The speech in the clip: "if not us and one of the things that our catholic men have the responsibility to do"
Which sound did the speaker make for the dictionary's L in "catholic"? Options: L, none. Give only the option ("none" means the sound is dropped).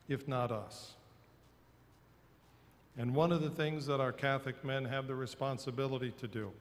none